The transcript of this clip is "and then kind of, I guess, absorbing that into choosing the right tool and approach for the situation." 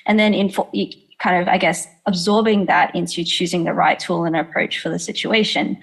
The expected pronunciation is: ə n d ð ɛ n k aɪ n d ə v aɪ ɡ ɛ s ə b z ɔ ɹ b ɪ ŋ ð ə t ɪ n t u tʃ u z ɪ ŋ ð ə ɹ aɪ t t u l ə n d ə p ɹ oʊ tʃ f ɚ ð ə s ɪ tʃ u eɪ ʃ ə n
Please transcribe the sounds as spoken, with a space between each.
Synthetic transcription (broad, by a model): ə n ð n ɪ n k aɪ n d ə v aɪ ɡ ɛ s ə b z ɔ ɹ b ɪ ŋ ð ə t ɪ n t u tʃ u z ɪ ŋ ð ə ɹ aɪ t t u l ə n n ə p ɹ oʊ tʃ f ɚ ð ə s ɪ tʃ u eɪ ʃ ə n